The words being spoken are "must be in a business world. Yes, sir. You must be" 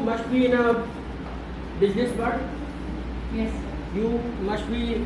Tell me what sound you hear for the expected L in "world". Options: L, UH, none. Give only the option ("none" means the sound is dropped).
none